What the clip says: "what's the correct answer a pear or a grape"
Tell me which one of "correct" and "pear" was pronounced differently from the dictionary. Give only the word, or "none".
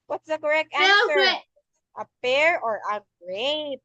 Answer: pear